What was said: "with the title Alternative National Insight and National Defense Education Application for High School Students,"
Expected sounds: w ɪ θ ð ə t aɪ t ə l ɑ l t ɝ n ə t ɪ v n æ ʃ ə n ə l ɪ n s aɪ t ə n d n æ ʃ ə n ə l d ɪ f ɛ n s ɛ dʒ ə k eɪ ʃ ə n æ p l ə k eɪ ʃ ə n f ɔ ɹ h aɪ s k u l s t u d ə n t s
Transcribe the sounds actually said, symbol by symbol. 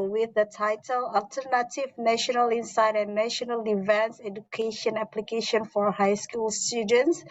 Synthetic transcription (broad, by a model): w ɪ ð ə t aɪ t ə l ɑ l t ɝ n ə t ɪ v n æ ʃ ə n ə l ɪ n s aɪ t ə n n æ ʃ ə n ə l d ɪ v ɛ n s ɛ dʒ ə k eɪ ʃ ə n æ p l ə k eɪ ʃ ə n f ɔ ɹ h aɪ s k u l s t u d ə n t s